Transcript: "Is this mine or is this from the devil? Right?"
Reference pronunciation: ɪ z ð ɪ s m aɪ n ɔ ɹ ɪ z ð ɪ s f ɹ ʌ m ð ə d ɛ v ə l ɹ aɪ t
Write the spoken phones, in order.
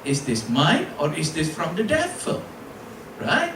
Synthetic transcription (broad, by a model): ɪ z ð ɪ s m aɪ n ɔ ɹ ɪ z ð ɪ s f ɹ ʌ m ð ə d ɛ f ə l ɹ aɪ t